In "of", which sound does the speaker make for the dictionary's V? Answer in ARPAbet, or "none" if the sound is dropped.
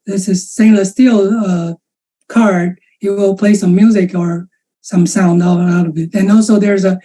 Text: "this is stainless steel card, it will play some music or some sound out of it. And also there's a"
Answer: V